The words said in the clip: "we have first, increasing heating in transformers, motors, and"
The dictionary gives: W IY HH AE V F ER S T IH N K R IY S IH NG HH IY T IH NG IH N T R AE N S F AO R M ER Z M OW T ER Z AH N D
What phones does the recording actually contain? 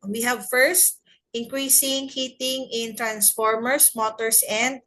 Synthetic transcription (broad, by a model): W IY HH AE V F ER S T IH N K R IY S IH NG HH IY T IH NG IH N T R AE N S F AO R M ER S M OW T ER S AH N D